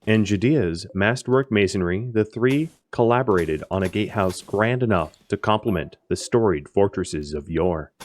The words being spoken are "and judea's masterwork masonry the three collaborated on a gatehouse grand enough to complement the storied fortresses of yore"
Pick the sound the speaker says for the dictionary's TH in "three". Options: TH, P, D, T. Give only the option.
TH